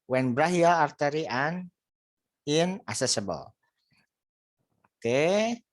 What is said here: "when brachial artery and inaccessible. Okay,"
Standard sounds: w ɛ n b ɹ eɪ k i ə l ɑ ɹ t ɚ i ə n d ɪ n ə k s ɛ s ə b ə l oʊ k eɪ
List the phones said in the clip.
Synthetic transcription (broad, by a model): w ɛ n b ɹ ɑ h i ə ɑ ɹ t ɚ i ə n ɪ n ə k s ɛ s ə b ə l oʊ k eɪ